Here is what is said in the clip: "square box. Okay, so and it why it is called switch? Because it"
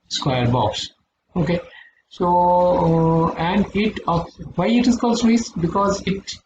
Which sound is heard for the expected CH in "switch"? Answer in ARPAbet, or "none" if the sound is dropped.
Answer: S